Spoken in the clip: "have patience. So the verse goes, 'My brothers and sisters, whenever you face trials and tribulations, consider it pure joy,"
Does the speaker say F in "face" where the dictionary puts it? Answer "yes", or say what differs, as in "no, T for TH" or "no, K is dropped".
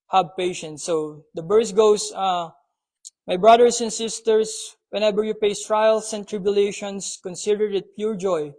no, P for F